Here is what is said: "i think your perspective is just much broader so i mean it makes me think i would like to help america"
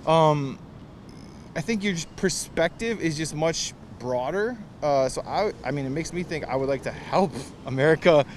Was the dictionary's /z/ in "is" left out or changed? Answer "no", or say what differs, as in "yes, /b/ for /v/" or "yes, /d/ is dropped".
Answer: no